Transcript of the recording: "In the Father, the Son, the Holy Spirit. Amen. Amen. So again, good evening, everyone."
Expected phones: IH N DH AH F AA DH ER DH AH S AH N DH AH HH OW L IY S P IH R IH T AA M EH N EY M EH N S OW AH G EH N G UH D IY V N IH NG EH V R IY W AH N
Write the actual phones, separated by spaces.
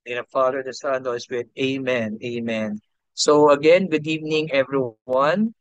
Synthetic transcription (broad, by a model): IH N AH F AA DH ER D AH S AH N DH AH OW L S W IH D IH AA M EH N EY M EH N S OW AH G EH N G UH D IY V N IH NG EH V R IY W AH N